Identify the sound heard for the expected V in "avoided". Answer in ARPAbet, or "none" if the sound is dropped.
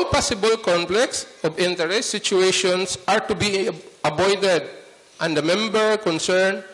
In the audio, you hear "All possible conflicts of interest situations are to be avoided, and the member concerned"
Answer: B